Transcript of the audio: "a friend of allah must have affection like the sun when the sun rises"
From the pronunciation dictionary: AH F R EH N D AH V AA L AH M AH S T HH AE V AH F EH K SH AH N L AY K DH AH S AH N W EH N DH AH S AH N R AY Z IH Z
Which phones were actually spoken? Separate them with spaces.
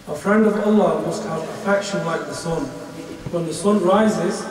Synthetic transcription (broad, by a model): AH F R EH N D AH V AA L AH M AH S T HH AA P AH F EH K SH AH N L AY K DH AH S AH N W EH N DH AH S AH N R AY Z IH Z